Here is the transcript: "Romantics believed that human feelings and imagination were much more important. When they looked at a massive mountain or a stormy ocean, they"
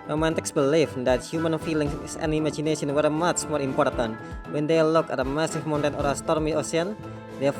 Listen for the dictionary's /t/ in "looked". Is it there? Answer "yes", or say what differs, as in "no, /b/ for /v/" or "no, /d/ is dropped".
no, /t/ is dropped